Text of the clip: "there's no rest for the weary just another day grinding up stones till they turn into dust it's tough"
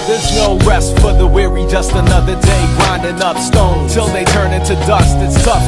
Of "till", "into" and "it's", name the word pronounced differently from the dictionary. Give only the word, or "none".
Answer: none